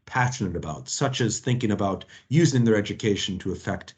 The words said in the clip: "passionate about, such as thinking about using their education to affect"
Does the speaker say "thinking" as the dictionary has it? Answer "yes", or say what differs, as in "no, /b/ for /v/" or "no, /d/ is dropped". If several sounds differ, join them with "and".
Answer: yes